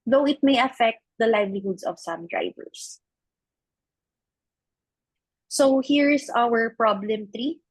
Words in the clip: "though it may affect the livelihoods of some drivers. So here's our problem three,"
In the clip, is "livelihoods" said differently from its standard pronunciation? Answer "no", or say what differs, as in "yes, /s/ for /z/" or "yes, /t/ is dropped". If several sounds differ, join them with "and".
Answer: yes, /s/ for /z/